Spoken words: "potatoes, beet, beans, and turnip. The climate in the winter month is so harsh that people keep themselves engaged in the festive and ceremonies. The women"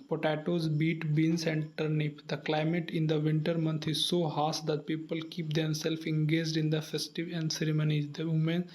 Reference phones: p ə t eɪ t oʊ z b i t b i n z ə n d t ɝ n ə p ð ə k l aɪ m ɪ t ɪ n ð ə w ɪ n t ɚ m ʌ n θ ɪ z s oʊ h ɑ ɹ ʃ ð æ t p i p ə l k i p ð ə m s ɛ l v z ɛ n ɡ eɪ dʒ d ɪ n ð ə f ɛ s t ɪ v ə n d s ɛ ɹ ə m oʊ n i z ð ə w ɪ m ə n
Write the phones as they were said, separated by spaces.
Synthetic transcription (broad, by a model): p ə t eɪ t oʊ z b i t b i n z ə n d t ɝ n ə p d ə k l aɪ m ɪ t ɪ n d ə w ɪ n t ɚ m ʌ n t ɪ z s oʊ h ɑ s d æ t p i p ə l k i p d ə m s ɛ l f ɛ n ɡ eɪ dʒ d ɪ n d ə f ɛ s t ɪ v ə n d s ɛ ɹ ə m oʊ n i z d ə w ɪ m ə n